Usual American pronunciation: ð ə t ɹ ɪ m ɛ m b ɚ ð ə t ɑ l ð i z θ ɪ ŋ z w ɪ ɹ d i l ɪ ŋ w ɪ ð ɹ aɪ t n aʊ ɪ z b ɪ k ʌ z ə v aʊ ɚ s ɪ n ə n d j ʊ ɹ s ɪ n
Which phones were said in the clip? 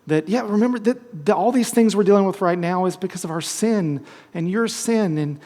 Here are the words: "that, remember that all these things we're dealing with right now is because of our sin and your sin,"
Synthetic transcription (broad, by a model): ð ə t ɹ ɪ m ɛ m b ɚ ð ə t ɑ l ð i z θ ɪ ŋ z w ɪ ɹ d i l ɪ ŋ w ɪ ð ɹ aɪ t n aʊ ɪ z b ɪ k ʌ z ə v aʊ ɚ s ɪ n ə n j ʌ ɹ s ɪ n